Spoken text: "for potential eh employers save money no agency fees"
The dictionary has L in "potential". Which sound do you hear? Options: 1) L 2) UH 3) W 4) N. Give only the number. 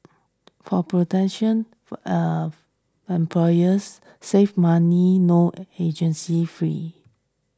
4